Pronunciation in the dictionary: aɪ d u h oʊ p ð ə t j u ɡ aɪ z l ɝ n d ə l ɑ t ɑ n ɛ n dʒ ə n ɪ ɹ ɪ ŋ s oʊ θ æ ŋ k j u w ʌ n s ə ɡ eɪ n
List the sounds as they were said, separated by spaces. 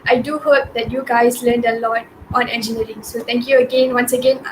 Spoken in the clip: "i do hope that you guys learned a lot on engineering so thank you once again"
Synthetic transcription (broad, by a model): aɪ d u h oʊ p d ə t j u ɡ aɪ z l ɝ n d ə l ɑ t ɑ n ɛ n dʒ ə n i ɹ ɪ ŋ s oʊ t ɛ ŋ k j u w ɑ n s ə ɡ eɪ n